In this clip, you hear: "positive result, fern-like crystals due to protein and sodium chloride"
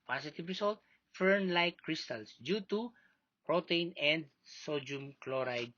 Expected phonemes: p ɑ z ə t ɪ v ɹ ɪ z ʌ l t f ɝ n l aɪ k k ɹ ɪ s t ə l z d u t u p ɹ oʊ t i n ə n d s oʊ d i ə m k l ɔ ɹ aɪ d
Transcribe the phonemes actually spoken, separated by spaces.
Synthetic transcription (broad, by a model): p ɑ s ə t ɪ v ɹ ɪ s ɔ l t f ɝ n l aɪ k k ɹ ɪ s t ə l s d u t u p ɹ oʊ t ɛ n ə n d s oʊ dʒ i m k l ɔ ɹ aɪ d